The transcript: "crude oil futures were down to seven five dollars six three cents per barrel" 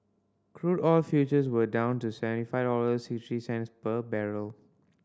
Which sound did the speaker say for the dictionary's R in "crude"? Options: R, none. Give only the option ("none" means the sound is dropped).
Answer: R